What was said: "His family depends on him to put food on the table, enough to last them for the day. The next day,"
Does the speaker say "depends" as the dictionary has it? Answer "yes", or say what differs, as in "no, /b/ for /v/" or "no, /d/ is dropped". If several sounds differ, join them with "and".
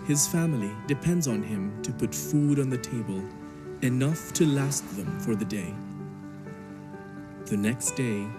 yes